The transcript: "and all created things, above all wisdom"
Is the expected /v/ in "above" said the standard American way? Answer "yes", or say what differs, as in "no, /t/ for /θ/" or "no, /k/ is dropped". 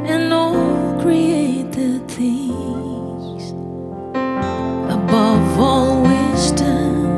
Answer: yes